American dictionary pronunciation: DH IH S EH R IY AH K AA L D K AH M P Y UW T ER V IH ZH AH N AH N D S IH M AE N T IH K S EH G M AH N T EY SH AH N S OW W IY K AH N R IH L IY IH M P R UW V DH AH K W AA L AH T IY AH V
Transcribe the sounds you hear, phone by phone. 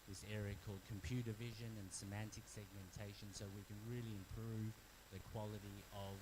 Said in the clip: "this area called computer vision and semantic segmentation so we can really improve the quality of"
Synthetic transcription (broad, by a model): DH IH S EH R IY AH K AA L D K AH M P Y UW T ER V IH ZH AH N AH N S IH M AE N T IH K S EH G M AH N T EY SH AH N S OW W IY K AH N R IH L IY IH M P R UW V DH AH K W AA L AH T IY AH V